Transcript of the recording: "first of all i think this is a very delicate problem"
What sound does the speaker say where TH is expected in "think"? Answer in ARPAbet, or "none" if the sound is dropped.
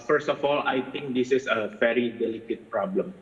T